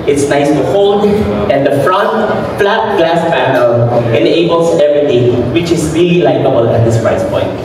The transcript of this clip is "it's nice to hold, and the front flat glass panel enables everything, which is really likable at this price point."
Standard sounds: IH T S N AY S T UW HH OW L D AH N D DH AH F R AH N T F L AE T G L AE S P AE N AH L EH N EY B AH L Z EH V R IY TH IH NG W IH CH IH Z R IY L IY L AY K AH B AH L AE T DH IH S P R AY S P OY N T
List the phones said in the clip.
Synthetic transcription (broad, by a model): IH T S N AY S T UW HH OW L D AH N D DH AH F R AH N T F L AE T G L AE S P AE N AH L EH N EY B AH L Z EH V R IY T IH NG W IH CH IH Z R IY L IY L AY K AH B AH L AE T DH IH S P R AY S P OY N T